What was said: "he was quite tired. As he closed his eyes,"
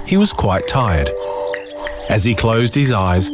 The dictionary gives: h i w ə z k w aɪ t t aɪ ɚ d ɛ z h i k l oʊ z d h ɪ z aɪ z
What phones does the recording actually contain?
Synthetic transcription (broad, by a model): h i w ə z k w aɪ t t aɪ ɚ d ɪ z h i k l oʊ z d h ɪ z aɪ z